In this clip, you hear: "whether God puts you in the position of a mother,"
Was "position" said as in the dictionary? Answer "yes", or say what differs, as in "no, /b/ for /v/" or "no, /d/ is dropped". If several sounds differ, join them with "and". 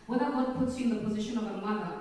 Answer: yes